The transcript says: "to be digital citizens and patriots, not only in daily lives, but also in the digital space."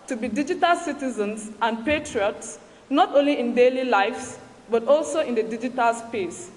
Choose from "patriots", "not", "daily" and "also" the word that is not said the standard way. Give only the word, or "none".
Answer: none